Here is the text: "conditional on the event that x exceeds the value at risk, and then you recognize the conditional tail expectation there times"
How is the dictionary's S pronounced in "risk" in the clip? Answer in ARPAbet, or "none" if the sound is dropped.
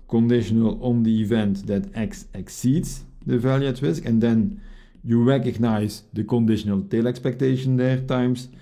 S